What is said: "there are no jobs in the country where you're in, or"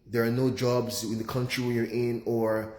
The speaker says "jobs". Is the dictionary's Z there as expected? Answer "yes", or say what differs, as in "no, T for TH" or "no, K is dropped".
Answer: yes